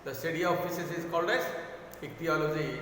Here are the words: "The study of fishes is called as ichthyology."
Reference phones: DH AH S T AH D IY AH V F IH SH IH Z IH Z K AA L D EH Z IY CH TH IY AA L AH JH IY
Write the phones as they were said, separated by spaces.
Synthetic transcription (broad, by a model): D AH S T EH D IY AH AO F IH S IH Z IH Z K AA L D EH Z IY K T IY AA L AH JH IY